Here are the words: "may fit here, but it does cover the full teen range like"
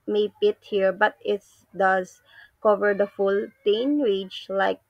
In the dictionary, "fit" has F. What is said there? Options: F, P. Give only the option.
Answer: P